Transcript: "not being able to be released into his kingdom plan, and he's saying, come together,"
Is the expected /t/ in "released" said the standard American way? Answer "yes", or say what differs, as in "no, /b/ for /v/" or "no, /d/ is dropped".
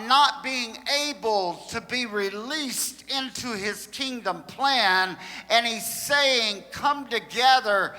yes